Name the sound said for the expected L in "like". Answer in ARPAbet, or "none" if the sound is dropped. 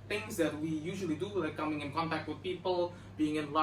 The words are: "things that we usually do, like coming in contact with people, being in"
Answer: W